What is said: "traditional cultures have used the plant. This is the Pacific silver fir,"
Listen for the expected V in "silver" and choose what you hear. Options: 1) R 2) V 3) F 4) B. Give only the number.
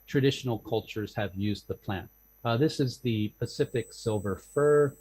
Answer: 2